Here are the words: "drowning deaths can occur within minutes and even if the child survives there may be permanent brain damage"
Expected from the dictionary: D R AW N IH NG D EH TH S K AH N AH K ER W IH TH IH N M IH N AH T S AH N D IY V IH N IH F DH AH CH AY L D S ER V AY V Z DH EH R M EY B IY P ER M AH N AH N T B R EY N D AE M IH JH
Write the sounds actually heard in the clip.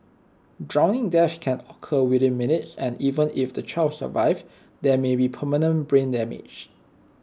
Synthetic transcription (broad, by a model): D R AW N IH NG D EH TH K AH N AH K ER W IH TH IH N M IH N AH T S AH N IY V IH N IH F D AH CH AY L D S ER V AY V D EH M EY B IY P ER M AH N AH N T B R EY N D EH M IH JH